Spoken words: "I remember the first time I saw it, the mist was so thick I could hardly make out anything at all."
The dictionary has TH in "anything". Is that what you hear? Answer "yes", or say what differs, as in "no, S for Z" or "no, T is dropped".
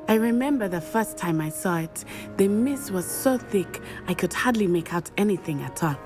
yes